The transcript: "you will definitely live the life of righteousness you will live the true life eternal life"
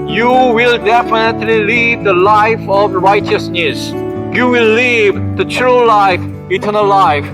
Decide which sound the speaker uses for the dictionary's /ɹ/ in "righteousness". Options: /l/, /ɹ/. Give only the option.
/ɹ/